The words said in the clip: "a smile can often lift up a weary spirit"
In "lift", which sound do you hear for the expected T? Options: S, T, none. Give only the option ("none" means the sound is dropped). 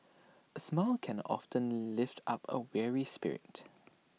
T